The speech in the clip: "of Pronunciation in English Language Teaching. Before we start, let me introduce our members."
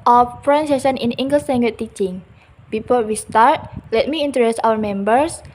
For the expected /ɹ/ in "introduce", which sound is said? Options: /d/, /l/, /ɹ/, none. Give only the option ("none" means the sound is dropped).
none